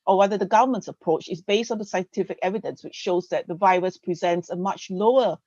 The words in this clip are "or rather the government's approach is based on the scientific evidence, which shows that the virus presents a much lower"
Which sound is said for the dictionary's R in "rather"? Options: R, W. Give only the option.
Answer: W